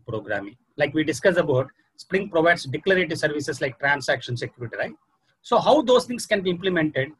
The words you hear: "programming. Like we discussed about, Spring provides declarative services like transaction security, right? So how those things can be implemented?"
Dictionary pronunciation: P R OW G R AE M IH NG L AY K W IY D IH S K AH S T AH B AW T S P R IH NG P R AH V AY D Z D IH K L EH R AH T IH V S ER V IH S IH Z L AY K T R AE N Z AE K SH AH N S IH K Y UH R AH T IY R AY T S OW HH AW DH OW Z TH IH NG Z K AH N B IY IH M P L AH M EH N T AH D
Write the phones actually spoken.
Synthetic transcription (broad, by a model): P R OW G R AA M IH NG L AY K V IY D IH S K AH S AH B AW T S P R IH NG P R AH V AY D S D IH K L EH R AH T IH S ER V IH S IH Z L AY K T R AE N S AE K SH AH N S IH K Y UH R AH T IY R AY T S OW HH AW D OW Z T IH NG S K AH N B IY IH M P L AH M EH N T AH D